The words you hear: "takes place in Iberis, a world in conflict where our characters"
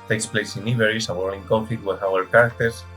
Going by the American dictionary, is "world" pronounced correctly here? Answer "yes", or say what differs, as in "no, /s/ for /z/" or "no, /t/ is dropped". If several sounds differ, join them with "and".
no, /d/ is dropped